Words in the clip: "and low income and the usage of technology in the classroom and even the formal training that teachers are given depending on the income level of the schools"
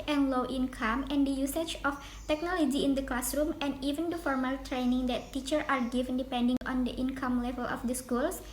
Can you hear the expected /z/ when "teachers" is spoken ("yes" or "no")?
no